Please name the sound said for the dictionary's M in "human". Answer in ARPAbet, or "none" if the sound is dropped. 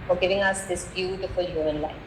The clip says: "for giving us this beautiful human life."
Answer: none